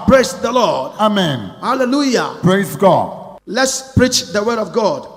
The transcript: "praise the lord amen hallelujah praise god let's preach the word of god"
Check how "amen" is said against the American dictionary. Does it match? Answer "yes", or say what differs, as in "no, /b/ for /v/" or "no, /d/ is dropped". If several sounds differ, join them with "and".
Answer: yes